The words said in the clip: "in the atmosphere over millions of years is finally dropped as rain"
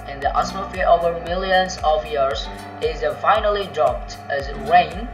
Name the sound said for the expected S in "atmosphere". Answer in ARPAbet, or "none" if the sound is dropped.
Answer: none